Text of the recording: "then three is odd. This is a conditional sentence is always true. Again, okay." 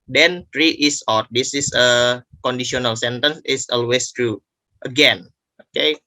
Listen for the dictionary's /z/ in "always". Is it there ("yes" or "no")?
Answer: no